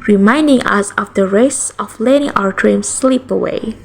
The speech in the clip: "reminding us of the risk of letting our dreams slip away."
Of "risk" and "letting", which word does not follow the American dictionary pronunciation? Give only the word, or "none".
risk